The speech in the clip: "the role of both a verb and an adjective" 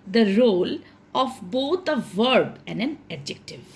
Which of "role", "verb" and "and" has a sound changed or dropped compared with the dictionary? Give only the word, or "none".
none